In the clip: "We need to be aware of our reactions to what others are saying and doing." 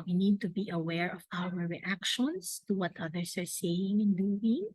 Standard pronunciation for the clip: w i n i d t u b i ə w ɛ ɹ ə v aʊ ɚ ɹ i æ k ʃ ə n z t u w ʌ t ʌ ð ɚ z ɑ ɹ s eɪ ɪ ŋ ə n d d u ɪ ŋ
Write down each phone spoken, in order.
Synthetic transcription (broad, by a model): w i n i d t u b i ə w ɛ ɹ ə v aʊ ɚ ɹ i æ k ʃ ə n s t u w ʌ t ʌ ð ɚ s ɑ ɹ s eɪ ɪ ŋ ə n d d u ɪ ŋ